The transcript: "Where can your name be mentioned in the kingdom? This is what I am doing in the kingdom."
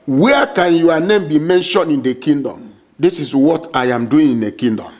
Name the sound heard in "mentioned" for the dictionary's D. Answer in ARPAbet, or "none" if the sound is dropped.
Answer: none